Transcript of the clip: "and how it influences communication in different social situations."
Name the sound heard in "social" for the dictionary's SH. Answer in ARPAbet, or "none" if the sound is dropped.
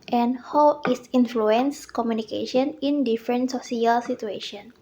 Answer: S